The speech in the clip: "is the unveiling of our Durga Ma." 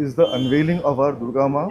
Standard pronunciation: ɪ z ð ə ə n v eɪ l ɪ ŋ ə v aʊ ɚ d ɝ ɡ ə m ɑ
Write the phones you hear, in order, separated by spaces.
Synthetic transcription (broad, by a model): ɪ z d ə ə n v eɪ l ɪ ŋ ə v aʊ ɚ d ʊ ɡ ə m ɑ